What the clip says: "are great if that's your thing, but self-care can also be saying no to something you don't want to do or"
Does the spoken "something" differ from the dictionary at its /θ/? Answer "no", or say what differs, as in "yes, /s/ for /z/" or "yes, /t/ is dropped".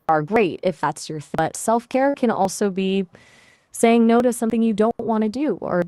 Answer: no